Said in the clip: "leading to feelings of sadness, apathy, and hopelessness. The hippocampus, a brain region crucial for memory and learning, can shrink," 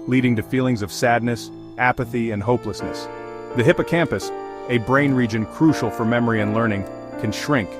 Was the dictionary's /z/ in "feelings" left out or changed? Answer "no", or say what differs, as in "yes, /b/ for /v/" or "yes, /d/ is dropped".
no